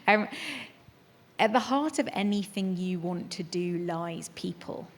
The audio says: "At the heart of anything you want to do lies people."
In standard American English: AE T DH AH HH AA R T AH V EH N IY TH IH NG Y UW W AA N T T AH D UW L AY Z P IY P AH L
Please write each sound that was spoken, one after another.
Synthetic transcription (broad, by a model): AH T DH AH HH AA T AH V EH N IY TH IH NG Y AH W AA N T T AH D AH L AY Z P IY P AH L